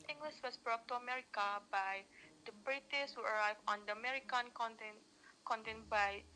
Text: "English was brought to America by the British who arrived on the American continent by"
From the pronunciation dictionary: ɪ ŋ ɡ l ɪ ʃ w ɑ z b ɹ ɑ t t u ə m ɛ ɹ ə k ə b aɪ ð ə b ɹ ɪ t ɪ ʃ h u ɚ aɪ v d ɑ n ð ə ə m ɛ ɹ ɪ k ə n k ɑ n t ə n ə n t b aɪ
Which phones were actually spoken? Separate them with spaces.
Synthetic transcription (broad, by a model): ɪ ŋ ɡ l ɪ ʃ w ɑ s b ɹ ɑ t t u ə m ɛ ɹ ə k ə b aɪ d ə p ɹ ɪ t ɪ s h u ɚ aɪ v ɑ n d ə ə m ɛ ɹ ɪ k ə n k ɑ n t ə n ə n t b aɪ